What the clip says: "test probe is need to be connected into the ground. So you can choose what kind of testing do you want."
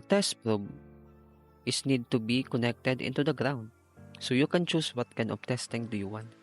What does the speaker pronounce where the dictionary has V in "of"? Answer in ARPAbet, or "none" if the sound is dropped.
B